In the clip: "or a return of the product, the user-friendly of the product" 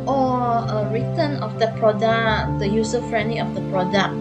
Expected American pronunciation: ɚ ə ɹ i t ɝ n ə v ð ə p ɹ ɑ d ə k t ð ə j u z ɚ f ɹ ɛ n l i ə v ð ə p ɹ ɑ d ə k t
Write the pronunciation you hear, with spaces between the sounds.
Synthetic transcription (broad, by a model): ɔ ə ɹ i t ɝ n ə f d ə p ɹ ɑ d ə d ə j u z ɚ f ɹ ɛ n l i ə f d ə p ɹ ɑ d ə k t